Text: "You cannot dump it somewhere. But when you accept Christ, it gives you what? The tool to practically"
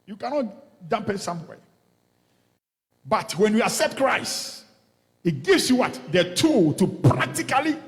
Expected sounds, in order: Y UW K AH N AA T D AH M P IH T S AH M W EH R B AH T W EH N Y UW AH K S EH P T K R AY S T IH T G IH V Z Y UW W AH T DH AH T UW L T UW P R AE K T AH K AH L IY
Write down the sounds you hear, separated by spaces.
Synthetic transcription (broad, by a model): Y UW K AH N AA T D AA M P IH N S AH M W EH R B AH T W EH N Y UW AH S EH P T K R AY S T IH T G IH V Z Y UW W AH T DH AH T UW L T UW P R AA K T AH K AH L IY